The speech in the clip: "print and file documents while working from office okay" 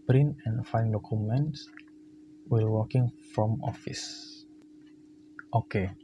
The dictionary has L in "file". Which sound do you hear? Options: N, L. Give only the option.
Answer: N